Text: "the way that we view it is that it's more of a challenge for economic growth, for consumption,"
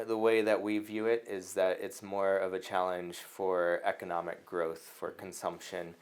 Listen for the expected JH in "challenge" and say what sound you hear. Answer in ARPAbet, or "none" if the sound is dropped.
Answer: ZH